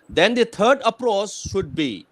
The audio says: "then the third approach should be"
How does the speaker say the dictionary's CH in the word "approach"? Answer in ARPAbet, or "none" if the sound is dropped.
S